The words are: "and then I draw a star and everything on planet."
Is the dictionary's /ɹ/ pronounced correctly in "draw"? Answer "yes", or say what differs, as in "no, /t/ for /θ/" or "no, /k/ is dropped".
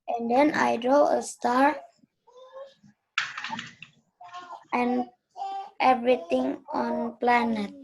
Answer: yes